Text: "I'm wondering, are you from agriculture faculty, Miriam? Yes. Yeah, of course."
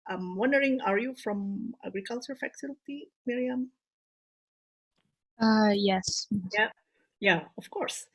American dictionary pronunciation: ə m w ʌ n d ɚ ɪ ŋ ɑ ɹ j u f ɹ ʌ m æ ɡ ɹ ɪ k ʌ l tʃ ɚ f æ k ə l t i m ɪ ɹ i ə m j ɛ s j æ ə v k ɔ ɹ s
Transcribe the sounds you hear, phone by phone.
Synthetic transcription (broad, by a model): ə m w ʌ n d ɚ ɪ ŋ ɑ ɹ j u f ɹ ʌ m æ ɡ ɹ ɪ k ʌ l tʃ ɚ f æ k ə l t i m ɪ ɹ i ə m j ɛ s j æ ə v k ɔ ɹ s